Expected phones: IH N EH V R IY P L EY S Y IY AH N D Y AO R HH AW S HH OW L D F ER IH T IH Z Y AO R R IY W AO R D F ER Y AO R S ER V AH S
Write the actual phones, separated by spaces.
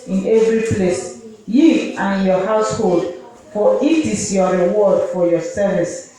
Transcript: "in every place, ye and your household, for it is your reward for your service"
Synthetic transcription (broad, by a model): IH N EH V R IY P L EY S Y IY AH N Y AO HH AW S HH OW L D F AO IH T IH S Y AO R R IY W AO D F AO Y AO S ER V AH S